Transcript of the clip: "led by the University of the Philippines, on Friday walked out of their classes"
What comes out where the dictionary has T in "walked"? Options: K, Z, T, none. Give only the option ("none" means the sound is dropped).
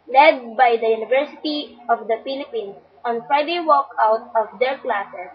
none